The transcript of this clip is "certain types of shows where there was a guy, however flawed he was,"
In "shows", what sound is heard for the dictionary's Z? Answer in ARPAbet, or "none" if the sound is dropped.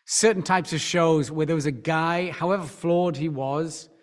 Z